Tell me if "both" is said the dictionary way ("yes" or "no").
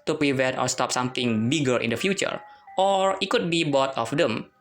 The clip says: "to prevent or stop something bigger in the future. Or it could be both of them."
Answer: no